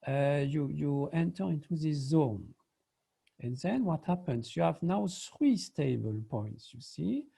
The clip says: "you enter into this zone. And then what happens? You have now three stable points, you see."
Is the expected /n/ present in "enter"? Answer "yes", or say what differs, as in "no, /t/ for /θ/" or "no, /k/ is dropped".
yes